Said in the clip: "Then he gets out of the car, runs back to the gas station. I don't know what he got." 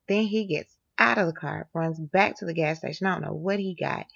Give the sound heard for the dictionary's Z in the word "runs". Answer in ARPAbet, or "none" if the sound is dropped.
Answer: Z